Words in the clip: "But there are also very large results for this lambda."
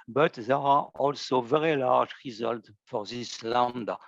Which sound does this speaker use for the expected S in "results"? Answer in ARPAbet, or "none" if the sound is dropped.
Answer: none